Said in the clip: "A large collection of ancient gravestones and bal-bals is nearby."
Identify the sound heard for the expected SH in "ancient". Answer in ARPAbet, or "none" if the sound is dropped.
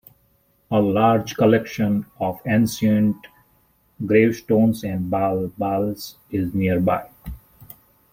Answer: S